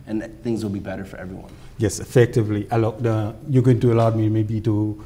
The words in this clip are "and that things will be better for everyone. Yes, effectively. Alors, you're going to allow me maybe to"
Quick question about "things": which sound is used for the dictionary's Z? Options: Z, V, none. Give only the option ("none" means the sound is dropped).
Z